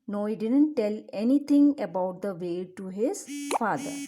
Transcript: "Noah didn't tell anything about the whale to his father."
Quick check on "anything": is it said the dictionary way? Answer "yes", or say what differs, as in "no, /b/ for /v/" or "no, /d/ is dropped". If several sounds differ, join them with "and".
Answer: no, /t/ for /θ/